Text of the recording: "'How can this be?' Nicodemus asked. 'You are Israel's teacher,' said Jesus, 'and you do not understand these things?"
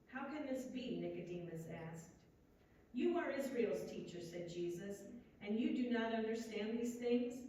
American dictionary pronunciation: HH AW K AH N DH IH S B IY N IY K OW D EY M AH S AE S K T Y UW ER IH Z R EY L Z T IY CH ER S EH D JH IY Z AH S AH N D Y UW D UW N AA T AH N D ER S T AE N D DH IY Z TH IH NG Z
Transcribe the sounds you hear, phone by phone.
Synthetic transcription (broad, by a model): HH AW K AH N DH IH S B IY N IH K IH D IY M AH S AE S K T Y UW ER IH Z R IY L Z T IY CH ER S EH D JH IY Z AH S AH N Y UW D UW N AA T AH N D ER S T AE N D DH IY Z TH IH NG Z